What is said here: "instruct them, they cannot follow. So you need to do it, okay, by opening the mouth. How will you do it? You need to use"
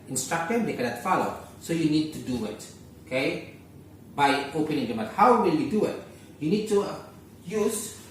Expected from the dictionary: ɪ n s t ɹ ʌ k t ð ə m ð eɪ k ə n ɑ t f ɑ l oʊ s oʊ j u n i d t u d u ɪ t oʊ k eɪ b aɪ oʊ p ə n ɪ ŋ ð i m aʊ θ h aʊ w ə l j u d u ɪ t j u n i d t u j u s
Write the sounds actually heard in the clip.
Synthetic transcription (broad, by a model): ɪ n s t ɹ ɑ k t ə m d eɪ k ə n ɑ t f ɑ l oʊ s oʊ j u n i d t u d u ɪ t oʊ k eɪ b aɪ oʊ p ə n ɪ ŋ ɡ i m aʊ t h aʊ w ə l j u d u ɪ t j u n i d t u j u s